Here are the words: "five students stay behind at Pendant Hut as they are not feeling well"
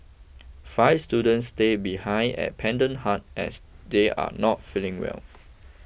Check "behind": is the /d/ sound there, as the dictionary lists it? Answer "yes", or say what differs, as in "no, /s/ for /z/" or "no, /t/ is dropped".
no, /d/ is dropped